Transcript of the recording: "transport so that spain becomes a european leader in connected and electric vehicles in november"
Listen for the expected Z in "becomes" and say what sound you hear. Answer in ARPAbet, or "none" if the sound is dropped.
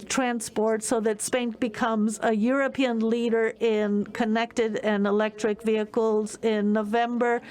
Z